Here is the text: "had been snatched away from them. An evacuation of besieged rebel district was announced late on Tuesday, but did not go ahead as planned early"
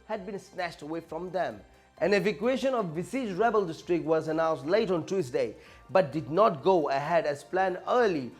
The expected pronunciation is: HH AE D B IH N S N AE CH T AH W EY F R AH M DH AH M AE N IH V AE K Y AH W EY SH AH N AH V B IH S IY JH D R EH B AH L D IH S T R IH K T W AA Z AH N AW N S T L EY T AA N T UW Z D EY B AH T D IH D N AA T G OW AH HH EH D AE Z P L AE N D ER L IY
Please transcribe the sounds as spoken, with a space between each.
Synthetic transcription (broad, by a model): HH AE D B IH N S N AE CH T AH W EY F R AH M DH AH M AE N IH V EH K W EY SH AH N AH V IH S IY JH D R EH B AH L D IH S T R IH K T W AA Z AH N AW N S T L EY T AA N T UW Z D EY B AH T D IH D N AA T G OW AH HH EH D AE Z P L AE N ER L IY